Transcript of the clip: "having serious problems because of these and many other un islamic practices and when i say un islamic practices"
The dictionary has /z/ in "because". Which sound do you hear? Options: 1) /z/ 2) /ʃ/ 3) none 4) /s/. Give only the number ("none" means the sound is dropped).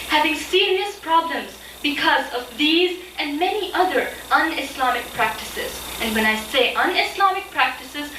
1